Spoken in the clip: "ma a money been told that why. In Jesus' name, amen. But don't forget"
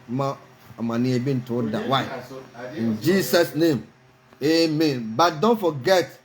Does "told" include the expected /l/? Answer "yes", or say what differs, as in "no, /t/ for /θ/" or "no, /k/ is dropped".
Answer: no, /l/ is dropped